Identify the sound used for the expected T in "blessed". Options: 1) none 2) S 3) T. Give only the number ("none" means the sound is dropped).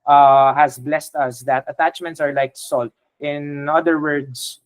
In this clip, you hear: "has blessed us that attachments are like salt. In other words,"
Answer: 3